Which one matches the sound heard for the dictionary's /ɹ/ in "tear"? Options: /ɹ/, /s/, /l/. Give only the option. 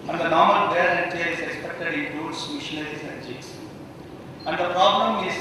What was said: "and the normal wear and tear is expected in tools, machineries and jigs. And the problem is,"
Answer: /l/